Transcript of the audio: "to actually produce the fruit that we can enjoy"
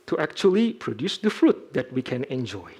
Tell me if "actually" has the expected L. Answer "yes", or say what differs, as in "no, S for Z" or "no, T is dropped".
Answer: yes